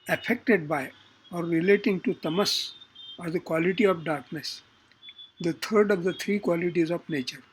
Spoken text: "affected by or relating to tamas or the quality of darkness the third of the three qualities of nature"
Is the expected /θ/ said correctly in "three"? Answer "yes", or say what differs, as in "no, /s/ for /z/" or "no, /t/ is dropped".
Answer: no, /t/ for /θ/